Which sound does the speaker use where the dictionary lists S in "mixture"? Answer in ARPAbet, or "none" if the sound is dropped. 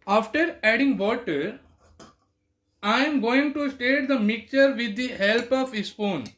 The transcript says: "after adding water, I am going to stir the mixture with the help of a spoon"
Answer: none